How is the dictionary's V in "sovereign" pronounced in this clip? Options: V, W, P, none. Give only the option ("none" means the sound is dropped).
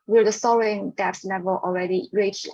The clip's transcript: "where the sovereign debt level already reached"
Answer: none